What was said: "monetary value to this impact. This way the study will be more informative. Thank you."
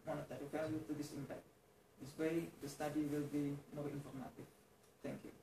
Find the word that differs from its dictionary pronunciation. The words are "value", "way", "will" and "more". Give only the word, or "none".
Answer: value